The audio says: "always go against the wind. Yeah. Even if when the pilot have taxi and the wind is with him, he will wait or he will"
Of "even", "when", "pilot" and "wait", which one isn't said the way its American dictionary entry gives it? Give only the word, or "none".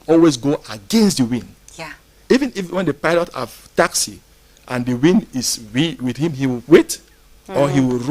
none